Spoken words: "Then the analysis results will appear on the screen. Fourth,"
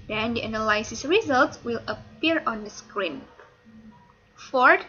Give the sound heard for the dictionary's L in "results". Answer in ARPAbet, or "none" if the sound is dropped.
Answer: L